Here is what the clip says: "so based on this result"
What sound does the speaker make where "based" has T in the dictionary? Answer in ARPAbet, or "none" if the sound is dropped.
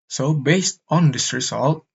T